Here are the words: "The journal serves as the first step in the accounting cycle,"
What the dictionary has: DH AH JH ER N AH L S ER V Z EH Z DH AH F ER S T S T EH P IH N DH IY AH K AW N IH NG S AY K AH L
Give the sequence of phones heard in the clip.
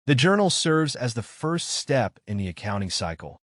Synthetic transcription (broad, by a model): DH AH JH ER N L S ER V Z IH Z DH AH F ER S T S T EH P IH N DH IY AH K AW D IH NG S AY K L